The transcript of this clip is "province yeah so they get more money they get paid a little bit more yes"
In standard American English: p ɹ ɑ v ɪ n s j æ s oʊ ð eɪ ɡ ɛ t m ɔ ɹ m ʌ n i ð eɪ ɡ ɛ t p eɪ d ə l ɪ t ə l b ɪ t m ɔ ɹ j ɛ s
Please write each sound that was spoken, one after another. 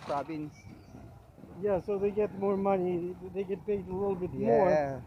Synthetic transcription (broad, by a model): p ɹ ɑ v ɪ n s j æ s oʊ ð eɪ ɡ ɛ t m ɔ ɹ m ʌ n i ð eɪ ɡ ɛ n p eɪ ə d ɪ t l b ɪ t m ɔ ɹ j